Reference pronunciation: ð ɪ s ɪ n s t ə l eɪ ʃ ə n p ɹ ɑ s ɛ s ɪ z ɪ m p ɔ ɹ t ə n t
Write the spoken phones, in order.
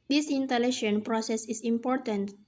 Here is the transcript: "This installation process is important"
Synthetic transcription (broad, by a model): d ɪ s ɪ n t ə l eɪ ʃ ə n p ɹ ɑ s ɛ s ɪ s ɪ m p ɔ ɹ t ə n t